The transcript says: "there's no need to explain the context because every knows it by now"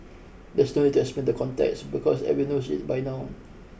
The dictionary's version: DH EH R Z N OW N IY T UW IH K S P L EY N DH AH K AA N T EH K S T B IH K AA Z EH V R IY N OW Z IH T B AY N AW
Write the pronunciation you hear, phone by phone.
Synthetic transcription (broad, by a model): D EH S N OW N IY T UW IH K S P EY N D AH K AA N T EH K S B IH K AA S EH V IY N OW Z IH T B AY N AW